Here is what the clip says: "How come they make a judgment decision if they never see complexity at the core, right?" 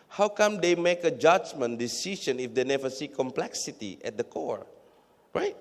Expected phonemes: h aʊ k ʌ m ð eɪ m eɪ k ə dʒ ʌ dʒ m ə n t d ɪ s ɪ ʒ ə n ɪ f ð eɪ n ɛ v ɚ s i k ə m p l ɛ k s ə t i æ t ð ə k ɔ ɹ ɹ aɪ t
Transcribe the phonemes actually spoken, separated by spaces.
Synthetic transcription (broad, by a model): h aʊ k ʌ m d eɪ m eɪ k ə dʒ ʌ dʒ m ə n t d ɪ s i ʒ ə n ɪ f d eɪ n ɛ v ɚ s i k ə m p l ɛ k s ə t i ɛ t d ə k ɔ ɹ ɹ aɪ t